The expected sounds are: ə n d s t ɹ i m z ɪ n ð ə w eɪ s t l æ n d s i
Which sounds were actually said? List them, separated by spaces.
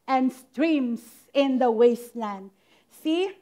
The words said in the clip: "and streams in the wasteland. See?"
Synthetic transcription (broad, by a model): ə n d s t ɹ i m s ɪ n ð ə w eɪ s t l æ n d s i